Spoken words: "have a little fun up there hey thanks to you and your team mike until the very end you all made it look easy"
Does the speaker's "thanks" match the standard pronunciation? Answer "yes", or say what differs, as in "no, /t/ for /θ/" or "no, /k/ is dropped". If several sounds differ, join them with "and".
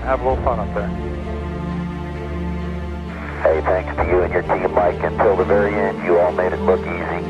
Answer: yes